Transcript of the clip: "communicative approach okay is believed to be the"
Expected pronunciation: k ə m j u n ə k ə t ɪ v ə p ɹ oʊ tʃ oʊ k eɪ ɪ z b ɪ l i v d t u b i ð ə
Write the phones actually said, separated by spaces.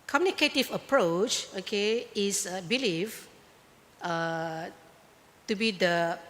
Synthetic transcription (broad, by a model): k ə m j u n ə k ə t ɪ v ə p ɹ oʊ tʃ oʊ k eɪ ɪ s b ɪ l i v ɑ t u b i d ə